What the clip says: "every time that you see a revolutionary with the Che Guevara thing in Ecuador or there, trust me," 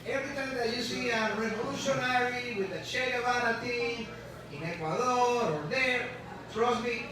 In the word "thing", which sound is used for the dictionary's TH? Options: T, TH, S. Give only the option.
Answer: T